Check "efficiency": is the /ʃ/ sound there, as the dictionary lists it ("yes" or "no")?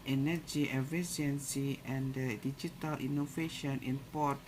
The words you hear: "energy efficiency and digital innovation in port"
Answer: no